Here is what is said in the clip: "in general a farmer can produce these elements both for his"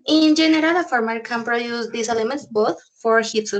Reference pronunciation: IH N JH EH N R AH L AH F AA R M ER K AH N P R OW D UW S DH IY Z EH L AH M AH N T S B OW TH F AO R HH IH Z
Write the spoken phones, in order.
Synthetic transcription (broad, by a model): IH N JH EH N R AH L AH F AA R M ER K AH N P R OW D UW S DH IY S EH L AH M AH N T S B OW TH F AO R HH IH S